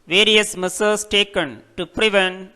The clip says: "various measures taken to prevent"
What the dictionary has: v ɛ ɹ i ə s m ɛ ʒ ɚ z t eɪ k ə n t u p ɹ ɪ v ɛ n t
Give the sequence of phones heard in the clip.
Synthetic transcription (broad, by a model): v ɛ ɹ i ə s m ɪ s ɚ s t eɪ k ə n t u p ɹ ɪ v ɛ n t